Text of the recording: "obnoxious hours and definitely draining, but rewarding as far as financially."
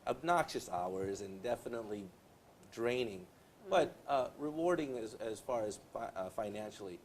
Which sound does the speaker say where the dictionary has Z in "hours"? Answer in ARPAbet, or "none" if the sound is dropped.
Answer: Z